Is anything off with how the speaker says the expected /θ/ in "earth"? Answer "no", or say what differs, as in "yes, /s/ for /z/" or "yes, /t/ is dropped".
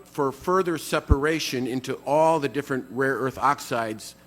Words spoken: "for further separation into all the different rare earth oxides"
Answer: no